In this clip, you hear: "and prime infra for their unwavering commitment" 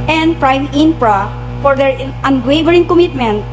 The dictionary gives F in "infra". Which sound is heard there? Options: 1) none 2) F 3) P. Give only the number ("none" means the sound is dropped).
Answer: 3